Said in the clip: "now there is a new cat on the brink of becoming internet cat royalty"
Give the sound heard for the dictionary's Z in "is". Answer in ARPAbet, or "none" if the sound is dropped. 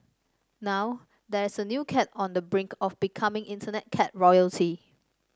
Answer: S